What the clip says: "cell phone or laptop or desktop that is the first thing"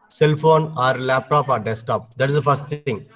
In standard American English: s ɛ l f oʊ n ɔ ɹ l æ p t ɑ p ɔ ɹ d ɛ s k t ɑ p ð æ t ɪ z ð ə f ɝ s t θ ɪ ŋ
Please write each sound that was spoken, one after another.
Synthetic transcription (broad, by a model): s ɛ l f oʊ n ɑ ɹ l æ p t ɑ p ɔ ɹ d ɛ s t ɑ p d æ t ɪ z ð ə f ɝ s t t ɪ ŋ